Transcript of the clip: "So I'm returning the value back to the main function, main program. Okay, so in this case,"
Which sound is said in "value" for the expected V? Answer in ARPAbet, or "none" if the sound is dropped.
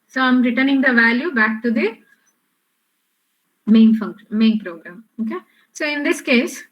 V